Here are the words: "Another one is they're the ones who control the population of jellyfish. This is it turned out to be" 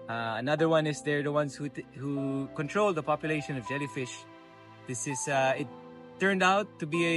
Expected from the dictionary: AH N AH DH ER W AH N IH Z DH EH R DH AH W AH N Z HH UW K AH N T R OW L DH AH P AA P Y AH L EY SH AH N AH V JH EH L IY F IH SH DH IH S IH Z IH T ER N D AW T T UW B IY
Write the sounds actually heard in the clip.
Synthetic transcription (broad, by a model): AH N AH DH ER W AH N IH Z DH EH R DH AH W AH N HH HH UW K AH N T R OW L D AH P AA P Y AH L EY SH AH N AH V JH EH L IY F IH SH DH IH S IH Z IH T ER N D AW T T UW B IY